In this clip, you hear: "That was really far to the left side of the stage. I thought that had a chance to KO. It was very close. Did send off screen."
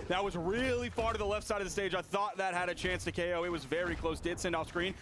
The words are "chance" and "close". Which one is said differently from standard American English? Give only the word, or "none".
none